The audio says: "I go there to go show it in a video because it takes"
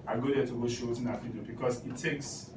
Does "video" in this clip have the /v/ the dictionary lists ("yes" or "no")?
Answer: no